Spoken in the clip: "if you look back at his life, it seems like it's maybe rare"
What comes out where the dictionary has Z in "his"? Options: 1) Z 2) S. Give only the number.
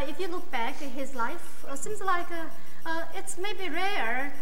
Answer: 1